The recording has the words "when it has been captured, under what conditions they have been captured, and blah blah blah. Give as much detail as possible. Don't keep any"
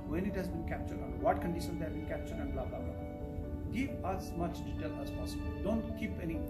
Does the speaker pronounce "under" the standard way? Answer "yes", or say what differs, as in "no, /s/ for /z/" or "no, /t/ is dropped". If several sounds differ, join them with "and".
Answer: no, /n/ is dropped